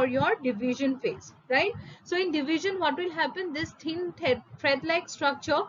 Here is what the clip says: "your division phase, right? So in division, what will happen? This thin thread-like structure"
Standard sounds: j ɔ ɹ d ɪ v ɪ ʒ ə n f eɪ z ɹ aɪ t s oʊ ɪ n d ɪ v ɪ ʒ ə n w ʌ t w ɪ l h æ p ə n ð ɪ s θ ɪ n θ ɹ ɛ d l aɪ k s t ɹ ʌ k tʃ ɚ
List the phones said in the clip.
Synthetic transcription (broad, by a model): j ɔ ɹ d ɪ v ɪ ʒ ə n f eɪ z ɹ aɪ t s oʊ ɪ n d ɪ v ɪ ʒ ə n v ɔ t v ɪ l h æ p ə n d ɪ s t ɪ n t ɹ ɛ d l aɪ k s t ɹ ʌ k tʃ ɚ